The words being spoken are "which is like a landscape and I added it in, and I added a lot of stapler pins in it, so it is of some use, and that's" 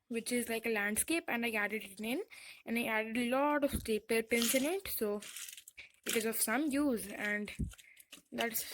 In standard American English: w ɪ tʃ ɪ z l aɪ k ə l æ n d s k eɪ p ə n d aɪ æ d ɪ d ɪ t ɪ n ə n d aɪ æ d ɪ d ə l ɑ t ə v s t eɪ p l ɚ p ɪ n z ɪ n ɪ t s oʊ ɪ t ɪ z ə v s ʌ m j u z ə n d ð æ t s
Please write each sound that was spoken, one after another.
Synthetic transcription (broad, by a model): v ɪ tʃ ɪ z l aɪ k ə l æ n d s k eɪ p ə n d aɪ æ d ɪ d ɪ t ɪ n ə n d aɪ æ d ɪ d ə l ɑ t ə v s t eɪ p ɚ p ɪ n s ɪ n ɪ t s oʊ ɪ t ɪ z ə v s ʌ m j u z ə n d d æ t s